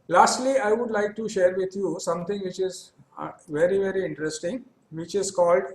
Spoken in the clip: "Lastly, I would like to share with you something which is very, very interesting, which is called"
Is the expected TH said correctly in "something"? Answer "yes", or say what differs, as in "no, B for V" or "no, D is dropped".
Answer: no, T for TH